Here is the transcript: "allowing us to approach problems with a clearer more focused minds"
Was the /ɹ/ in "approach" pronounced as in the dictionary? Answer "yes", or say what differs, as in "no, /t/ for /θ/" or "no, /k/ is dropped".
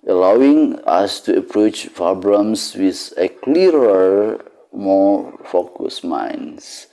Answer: yes